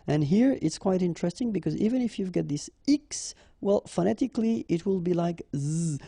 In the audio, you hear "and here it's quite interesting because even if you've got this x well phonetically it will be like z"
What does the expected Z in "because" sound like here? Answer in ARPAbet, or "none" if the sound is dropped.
Z